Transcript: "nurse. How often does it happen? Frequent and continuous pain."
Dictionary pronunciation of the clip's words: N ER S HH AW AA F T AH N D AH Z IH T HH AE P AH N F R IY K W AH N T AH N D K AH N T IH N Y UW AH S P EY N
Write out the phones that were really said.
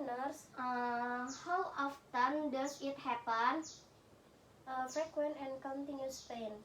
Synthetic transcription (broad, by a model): N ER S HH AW AA F T AH N D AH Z IH T HH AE P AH N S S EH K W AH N AH N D K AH N T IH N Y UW S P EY N